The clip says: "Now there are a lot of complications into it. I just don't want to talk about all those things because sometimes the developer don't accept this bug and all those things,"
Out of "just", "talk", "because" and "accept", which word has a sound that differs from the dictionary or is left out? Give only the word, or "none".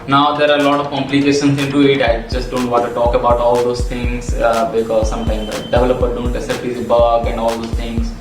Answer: accept